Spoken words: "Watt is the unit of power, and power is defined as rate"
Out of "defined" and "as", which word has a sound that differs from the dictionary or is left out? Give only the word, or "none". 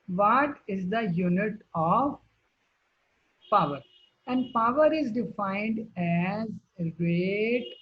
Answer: none